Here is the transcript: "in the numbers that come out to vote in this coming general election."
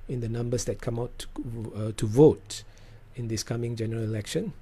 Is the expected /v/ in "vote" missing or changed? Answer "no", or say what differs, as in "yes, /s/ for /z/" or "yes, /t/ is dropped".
no